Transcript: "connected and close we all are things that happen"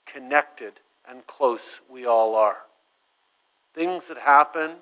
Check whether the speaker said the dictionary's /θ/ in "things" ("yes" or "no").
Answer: yes